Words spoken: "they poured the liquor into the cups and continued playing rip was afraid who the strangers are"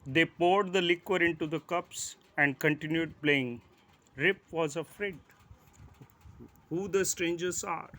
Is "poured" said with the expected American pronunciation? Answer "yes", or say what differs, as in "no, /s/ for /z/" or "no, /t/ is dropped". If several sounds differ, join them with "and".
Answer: yes